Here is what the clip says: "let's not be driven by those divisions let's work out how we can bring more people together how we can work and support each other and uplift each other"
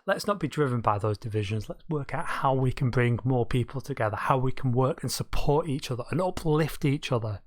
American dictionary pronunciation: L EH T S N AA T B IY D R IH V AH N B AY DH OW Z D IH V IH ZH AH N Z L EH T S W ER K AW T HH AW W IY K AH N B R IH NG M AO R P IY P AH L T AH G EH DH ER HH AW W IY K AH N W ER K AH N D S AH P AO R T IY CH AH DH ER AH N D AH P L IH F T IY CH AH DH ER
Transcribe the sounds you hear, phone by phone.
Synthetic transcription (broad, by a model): L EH T S N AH T B IY D R IH V AH N B AY DH OW Z D IH V IH ZH AH N Z L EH T S W ER K AW T HH AW W IY K AH N B R IH NG M AO R P IY P AH L T AH G EH DH ER HH AW W IY K AH N W ER K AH N S AH P AO R T IY CH AH DH ER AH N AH P L IH F T IY CH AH DH ER